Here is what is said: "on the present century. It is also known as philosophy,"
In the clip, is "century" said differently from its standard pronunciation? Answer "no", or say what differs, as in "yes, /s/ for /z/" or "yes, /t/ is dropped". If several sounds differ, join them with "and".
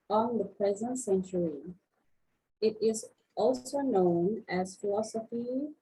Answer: no